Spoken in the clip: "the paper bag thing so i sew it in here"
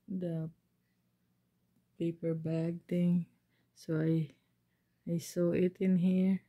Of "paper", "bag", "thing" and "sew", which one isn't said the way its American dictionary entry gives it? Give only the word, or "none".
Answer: thing